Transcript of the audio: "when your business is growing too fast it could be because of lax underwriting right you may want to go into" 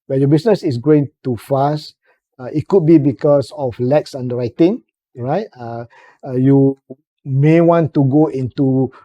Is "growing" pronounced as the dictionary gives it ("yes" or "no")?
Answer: no